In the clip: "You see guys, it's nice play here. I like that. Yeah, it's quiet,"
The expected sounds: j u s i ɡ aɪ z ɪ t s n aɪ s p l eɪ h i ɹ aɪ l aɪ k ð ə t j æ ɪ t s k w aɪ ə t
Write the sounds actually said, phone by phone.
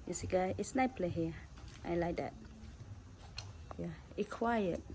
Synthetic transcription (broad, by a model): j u s i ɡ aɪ ɪ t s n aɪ p l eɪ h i aɪ l aɪ k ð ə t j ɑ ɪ k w aɪ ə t